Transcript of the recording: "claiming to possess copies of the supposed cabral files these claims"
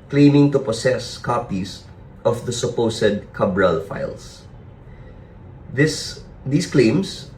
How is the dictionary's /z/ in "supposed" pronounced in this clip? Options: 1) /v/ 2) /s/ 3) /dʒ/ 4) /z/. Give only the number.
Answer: 2